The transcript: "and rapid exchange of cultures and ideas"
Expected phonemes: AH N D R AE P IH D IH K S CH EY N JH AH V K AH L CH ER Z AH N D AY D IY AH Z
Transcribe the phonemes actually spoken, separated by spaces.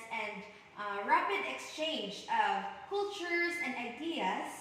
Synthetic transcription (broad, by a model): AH N R AE P IH D IH K S CH EY N JH AH V K AH L CH ER Z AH N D AY D IY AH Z